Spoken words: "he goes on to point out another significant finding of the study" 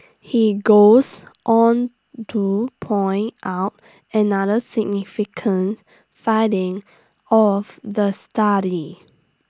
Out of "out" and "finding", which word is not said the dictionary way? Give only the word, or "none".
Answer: finding